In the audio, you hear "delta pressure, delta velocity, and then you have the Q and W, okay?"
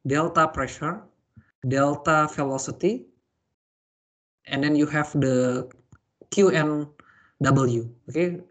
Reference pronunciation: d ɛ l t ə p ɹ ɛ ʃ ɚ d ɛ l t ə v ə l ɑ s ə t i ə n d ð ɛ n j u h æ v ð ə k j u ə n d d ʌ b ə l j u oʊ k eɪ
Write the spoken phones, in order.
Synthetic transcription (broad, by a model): d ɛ l t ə p ɹ ɛ ʃ ɚ d ɛ l t ə f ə l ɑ s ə t i ə n d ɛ n j u h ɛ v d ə k j u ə n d d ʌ b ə l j u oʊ k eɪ